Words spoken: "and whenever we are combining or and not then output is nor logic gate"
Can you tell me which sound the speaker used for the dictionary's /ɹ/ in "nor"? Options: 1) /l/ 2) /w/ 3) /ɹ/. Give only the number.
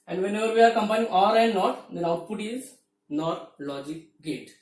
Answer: 3